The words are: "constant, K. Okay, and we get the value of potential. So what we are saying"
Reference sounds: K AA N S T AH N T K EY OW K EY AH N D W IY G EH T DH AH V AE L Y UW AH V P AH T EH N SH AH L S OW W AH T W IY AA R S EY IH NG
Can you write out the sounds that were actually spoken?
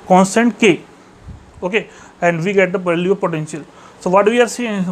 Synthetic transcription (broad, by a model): K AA N S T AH N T K EY OW K EY AH N D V IY G EH T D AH P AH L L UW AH P AH T EH N SH AH L S OW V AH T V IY AA R S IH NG